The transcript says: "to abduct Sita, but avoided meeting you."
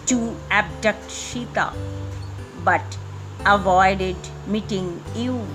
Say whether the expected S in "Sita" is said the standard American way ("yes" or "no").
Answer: no